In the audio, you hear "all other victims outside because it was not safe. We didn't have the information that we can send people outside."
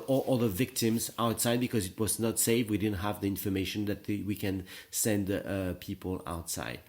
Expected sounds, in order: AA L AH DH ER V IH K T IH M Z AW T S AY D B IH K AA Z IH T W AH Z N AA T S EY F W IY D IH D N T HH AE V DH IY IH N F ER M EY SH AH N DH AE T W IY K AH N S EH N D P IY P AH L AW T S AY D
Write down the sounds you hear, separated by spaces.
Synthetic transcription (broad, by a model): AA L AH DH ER V IH K T IH M Z AW T S AY D B IH K AA Z IH T W AH Z N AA T S EY F W IY D IH D N T HH AE V DH IY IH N F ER M EY SH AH N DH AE T W IY K AH N S EH N D P IY P AH L AW T S AY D